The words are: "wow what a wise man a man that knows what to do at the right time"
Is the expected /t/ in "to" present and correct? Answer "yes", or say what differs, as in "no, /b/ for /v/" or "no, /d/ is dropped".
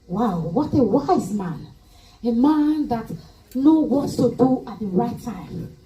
no, /s/ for /t/